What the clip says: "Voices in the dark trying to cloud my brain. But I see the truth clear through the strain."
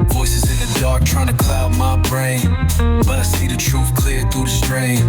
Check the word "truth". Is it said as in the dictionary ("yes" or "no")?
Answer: no